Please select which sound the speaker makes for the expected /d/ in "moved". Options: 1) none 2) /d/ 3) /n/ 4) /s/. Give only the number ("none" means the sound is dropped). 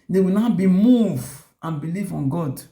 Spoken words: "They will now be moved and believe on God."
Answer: 1